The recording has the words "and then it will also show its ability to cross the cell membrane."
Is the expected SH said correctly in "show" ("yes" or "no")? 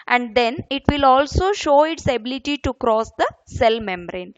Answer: yes